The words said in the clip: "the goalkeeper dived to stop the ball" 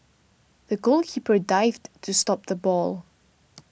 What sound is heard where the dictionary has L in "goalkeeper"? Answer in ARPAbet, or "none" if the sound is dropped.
L